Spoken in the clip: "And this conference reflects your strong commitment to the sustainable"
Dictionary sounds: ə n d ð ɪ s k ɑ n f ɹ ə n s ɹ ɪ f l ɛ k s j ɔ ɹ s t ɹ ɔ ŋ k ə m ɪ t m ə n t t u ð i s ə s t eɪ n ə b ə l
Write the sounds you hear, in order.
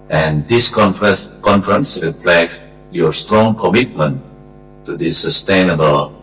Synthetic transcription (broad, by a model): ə n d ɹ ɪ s k ɑ n f ɹ ə n s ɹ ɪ p l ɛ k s j ɔ ɹ s t ɹ ɔ ŋ k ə m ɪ t m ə n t t u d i s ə s t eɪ n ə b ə l